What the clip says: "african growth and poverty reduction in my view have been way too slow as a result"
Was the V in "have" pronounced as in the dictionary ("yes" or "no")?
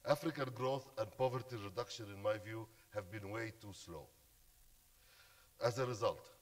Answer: yes